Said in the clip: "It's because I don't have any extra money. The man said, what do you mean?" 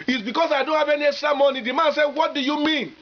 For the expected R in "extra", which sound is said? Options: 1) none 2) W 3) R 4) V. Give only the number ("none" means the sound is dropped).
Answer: 1